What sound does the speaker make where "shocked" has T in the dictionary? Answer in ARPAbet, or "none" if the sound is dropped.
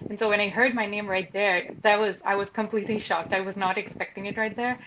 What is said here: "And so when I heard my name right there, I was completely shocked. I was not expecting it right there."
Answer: T